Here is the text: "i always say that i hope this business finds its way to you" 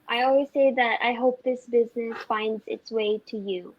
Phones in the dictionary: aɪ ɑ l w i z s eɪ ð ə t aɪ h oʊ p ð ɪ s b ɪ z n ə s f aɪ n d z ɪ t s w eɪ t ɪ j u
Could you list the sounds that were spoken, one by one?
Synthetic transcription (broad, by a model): aɪ ɑ l w i z s eɪ ð ə t aɪ h oʊ p ð ɪ s b ɪ z n ə s f aɪ n d z ɪ t s w eɪ t ɪ j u